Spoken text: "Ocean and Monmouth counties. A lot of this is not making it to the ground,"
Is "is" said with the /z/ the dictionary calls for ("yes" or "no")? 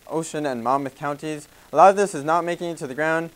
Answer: yes